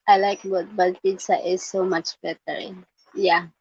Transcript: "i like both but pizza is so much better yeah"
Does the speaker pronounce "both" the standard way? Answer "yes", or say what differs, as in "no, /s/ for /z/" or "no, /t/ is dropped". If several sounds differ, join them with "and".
no, /t/ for /θ/